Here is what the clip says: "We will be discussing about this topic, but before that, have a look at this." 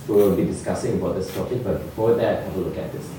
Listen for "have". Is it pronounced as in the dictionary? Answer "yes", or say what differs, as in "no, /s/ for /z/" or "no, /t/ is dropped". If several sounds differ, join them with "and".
no, /w/ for /v/